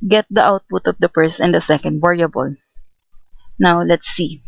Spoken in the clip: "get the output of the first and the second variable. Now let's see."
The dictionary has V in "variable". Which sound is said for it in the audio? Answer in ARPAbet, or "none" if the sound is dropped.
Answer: W